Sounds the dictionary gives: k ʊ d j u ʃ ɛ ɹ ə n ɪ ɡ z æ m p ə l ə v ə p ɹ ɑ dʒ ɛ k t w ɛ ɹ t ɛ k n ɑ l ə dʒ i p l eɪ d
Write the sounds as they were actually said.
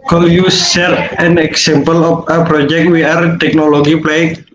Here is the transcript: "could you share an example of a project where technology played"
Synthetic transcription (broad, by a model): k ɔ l j u s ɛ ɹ ə n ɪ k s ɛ m p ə l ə f ə p ɹ ɑ dʒ ɛ k t w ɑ ɹ t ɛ k n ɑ l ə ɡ i p l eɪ